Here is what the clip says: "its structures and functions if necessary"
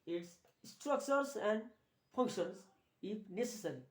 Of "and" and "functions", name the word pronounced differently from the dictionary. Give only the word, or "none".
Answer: functions